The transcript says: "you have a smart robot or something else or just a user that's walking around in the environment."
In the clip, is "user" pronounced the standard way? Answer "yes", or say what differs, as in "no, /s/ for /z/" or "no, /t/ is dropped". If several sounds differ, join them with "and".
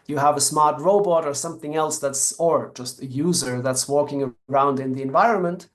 yes